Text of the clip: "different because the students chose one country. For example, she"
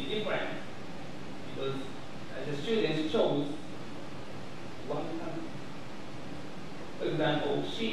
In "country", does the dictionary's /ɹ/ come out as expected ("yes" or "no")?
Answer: no